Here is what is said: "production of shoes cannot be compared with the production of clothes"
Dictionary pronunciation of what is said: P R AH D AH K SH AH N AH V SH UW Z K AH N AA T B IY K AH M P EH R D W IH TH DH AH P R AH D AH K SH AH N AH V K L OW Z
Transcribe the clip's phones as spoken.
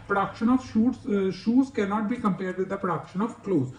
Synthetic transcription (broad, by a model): P R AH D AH K SH AH N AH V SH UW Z K AH N AA T B IY K AH M P EH R D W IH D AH P R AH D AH K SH AH N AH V K L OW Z